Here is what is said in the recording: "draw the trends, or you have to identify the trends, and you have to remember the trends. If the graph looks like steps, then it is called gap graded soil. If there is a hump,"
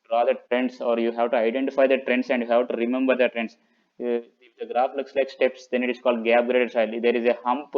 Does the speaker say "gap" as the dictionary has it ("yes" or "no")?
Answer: no